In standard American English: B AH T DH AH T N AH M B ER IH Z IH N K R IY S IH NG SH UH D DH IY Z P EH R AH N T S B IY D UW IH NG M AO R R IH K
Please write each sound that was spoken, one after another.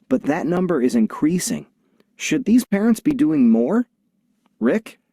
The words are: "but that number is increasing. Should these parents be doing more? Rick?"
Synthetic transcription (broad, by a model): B AH T DH AH T N AH M B ER IH Z IH N K R IY S IH NG SH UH D DH IY Z P EH R AH N T S B IY D UW IH NG M AO R R IH K